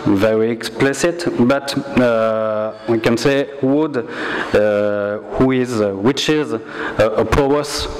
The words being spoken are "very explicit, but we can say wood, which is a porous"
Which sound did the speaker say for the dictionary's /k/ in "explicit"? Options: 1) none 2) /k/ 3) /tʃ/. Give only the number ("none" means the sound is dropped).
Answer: 2